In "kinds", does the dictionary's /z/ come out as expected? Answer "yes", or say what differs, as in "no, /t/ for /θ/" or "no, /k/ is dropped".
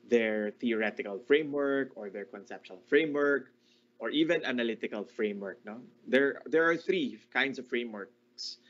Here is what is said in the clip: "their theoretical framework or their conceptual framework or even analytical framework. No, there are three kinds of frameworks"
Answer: no, /s/ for /z/